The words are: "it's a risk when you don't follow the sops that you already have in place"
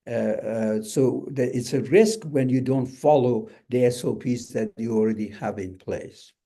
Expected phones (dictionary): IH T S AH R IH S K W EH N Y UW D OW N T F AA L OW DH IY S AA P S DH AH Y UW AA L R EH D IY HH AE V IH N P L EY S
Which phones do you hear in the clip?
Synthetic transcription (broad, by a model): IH T S AH R IH S K W EH N Y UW D OW N T F AA L OW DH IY S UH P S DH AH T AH AA L R EH D IY HH AE V IH N P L EY S